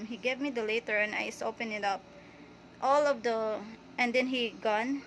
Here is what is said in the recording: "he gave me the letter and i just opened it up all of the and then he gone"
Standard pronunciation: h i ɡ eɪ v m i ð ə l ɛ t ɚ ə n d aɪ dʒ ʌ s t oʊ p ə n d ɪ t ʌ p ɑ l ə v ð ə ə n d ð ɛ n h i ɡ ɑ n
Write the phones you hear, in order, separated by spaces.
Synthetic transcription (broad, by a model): h i ɡ eɪ v m i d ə l ɛ t ɚ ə n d aɪ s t oʊ p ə n ɪ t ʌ p ɑ l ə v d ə ə n d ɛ n h i ɡ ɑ n